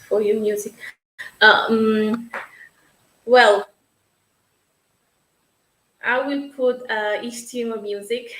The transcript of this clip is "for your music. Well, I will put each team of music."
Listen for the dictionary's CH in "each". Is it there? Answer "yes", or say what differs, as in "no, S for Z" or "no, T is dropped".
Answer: no, S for CH